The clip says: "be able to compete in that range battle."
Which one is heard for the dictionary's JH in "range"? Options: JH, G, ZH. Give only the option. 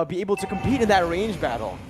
JH